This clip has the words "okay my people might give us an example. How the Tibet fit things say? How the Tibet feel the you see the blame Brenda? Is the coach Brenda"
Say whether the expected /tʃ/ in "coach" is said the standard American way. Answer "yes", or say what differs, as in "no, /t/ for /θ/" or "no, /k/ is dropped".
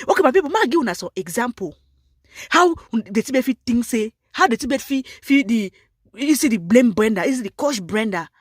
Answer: no, /ʃ/ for /tʃ/